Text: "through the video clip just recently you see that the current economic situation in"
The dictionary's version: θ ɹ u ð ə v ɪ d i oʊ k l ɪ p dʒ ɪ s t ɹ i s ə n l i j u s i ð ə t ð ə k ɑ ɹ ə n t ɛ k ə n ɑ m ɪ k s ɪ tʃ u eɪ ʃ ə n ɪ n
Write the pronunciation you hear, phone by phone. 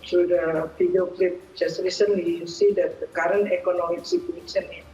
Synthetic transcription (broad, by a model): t ɹ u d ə f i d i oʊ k l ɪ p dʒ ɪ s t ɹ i s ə n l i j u s i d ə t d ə k ɑ ɹ ə n t ɛ k ə n ɑ m ɪ k s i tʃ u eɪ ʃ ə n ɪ